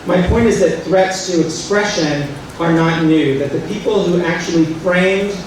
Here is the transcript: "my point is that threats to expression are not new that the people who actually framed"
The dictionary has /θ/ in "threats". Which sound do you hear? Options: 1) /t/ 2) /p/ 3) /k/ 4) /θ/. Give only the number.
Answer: 4